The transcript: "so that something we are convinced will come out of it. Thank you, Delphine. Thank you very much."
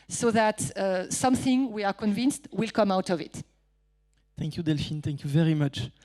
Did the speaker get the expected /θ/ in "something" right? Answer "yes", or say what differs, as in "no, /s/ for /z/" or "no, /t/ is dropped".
yes